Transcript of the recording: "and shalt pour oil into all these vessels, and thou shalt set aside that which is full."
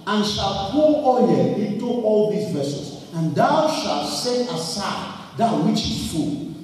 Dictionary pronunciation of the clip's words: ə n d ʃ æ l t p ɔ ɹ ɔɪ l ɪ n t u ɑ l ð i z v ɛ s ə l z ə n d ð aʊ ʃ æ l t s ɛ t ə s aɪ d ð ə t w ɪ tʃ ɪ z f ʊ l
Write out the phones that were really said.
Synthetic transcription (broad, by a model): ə n ʃ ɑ l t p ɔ l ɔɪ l ɪ n t u ɑ l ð i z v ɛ s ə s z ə n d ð aʊ ʃ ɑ l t s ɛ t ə s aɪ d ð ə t w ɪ tʃ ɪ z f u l